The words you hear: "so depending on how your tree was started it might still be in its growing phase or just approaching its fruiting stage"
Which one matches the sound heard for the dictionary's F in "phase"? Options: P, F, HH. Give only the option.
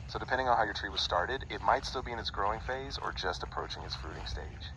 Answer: F